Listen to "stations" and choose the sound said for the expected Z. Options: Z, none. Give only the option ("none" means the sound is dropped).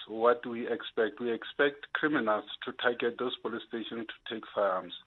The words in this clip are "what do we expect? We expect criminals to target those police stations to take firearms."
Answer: none